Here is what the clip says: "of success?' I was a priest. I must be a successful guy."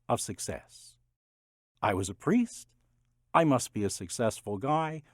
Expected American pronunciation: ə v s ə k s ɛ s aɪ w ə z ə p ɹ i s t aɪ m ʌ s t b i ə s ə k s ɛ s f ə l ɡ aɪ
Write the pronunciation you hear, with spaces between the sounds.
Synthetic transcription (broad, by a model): ə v s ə k s ɛ s aɪ w ə z ə p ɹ i s t aɪ m ʌ s t b i ə s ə k s ɛ s f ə l ɡ aɪ